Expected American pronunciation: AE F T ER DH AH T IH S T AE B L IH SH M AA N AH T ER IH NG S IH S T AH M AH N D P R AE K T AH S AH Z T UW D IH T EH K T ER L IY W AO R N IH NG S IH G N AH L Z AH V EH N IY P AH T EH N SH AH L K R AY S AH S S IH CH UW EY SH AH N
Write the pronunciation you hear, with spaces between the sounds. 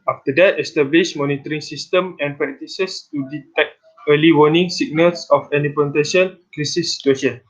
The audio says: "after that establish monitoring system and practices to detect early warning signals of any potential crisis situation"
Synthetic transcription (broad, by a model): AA F T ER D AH T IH S T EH B L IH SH M AA N AH T ER IH NG S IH S T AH M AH N P R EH K T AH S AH S T UW D IH T EH K T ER L IY W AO N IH NG S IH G N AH L S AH F EH N IY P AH T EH SH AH N K R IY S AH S S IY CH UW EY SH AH N